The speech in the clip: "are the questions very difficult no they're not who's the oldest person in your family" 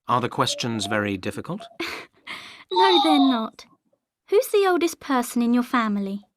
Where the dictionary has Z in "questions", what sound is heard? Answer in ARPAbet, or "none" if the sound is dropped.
Z